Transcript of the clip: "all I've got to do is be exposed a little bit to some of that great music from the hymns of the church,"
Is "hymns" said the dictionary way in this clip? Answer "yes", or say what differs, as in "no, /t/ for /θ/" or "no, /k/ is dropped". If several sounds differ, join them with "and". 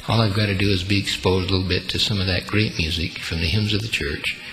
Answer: yes